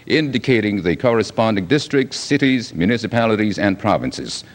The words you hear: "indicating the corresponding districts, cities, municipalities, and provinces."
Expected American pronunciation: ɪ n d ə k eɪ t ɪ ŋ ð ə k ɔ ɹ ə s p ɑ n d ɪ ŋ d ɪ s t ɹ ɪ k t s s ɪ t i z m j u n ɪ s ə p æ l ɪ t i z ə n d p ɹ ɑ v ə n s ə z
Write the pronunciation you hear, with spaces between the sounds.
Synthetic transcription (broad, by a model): ɪ n d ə k eɪ t ɪ ŋ ð ə k ɔ ɹ ə s p ɑ n d ɪ ŋ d ɪ s t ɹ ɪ k t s s ɪ t i z m j u n ɪ s ə p æ l ɪ t i z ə n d p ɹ ɑ v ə n s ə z